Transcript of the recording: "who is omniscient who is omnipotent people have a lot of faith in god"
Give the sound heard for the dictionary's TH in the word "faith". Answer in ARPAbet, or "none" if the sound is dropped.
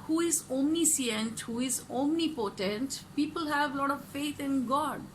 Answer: T